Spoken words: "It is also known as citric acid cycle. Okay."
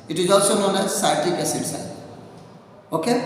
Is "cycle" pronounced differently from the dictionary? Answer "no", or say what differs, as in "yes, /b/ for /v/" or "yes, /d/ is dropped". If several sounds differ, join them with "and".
yes, /k/ is dropped